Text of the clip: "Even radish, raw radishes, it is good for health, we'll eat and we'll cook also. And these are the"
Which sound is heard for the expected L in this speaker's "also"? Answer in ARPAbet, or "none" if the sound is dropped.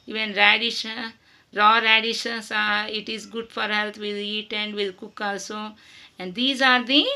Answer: L